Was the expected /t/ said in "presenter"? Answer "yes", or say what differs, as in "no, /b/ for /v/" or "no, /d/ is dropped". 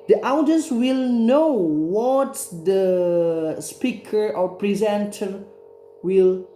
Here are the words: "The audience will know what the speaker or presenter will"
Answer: yes